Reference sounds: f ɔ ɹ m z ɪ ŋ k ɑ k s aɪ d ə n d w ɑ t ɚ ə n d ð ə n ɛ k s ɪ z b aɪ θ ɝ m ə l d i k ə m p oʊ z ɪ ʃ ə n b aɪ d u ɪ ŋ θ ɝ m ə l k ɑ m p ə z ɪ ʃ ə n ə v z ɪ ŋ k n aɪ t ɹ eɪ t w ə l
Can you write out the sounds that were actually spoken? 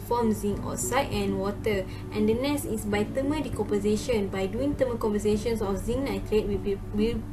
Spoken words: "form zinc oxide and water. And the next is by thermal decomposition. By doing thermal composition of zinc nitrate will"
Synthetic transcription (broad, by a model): f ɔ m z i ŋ ɑ s aɪ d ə n w ɑ t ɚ ə n d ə n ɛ s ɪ s b aɪ t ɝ m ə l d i k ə m p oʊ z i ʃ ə n b aɪ d u ɪ ŋ t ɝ m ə k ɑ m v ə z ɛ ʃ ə n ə f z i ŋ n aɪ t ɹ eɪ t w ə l